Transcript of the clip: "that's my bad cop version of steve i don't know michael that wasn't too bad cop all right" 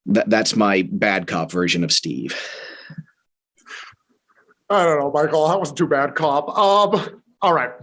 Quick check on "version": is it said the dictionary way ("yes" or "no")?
yes